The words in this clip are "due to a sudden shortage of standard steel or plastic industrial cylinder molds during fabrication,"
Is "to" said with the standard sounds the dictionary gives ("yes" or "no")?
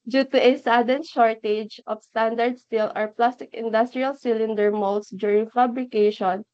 yes